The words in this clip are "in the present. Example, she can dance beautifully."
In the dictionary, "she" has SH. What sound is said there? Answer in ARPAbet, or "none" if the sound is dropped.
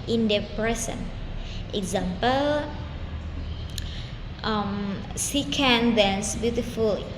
S